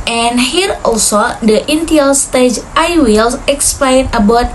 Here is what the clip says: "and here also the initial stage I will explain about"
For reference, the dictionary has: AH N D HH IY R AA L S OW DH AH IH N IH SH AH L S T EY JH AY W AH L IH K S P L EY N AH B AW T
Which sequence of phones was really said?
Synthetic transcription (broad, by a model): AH N HH IY R AA L S OW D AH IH N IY AH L S T EY JH AY W AH L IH K S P L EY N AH B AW T